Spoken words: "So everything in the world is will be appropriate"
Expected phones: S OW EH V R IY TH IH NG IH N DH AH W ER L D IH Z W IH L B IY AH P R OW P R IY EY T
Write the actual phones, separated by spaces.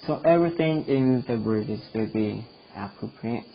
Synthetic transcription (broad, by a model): S OW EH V R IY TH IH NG IH N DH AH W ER D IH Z W IH L B IY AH P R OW P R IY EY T